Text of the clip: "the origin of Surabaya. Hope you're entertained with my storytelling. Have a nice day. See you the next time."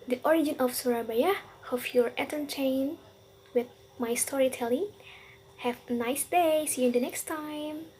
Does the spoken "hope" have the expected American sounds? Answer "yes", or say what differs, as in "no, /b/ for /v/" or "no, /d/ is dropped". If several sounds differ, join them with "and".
no, /f/ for /p/